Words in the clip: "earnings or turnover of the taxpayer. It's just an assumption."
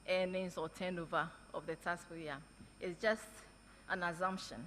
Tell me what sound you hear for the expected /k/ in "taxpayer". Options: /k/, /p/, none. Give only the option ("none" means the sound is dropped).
none